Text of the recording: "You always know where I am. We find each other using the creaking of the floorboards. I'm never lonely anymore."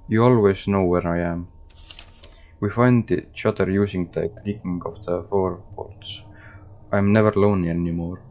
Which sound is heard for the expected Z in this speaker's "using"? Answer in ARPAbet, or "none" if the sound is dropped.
S